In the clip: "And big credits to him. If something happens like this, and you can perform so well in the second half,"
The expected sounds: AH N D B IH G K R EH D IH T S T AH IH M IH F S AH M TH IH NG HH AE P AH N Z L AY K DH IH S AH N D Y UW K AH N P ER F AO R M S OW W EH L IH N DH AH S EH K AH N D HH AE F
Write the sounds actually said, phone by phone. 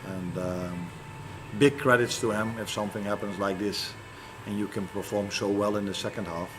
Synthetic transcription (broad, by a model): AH N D B IH G K R EH D IH T S T AH IH M IH F S AH M TH IH NG HH AE P AH N Z L AY K DH IH S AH N Y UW K AH N P ER F AO R M S OW W EH L IH N DH AH S EH K AH N D HH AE F